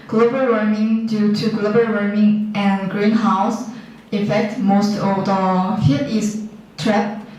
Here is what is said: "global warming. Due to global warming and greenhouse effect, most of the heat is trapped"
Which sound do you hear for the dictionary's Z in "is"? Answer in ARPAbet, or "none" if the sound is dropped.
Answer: S